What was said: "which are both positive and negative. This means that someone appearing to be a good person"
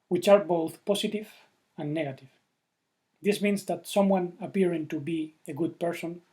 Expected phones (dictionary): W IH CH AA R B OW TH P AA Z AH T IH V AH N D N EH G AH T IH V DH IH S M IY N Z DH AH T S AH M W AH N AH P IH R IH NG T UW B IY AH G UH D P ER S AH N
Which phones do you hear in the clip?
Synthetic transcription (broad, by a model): W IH CH AA R B OW TH P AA S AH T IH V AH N N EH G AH T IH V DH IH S M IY N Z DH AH T S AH M W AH N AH P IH R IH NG T UW B IY AH G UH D P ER S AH N